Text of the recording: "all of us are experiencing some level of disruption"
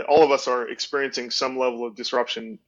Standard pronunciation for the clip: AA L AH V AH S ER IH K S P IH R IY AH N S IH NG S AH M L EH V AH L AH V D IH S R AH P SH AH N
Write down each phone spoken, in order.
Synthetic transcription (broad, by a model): AA L AH V AH S ER IH K S P IH R IY AH N S IH NG S AH M L EH V L AH V D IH S R AH P SH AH N